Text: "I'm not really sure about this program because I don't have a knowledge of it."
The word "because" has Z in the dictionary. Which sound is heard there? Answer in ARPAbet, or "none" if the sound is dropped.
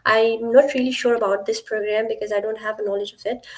Z